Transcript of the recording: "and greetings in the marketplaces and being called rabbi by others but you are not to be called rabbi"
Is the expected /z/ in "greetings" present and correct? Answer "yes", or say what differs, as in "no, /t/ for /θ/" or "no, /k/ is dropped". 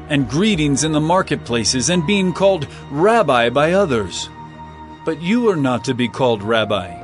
yes